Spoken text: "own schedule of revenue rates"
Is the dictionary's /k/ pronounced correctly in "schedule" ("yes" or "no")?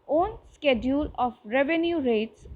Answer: yes